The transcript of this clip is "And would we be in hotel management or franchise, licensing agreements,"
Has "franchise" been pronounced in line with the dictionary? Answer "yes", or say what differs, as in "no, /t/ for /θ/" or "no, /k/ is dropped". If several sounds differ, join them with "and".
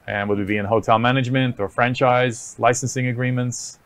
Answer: yes